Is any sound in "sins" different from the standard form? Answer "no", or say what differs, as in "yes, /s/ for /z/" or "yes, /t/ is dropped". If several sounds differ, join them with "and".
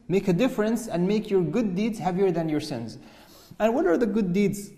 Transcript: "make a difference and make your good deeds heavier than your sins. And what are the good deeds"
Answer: no